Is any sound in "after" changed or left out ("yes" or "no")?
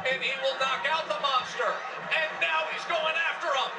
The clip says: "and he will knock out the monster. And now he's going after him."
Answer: no